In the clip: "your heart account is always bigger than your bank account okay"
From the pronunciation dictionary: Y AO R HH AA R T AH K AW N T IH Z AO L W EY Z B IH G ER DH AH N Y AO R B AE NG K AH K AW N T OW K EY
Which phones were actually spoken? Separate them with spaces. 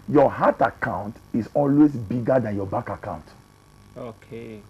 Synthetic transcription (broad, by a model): Y AO HH AA T AH K AW N T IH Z AO L W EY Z B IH G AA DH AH N Y AO B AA K AH K AW N T OW K EY